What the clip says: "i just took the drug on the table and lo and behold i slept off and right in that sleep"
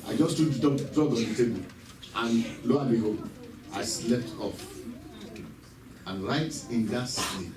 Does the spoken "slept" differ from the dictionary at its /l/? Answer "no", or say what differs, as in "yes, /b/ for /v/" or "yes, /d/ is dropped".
no